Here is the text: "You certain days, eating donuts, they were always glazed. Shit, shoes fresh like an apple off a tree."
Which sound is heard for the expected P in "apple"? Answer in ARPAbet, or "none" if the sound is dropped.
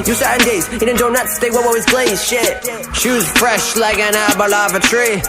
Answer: B